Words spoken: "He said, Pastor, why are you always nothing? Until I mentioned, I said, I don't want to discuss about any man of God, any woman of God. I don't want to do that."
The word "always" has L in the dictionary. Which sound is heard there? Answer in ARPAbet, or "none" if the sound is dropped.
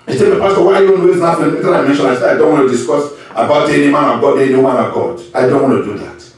N